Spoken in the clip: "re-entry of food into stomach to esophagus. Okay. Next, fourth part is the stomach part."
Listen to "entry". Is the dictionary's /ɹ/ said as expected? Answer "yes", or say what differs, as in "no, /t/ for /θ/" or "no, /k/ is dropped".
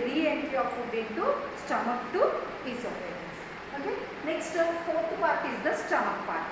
no, /ɹ/ is dropped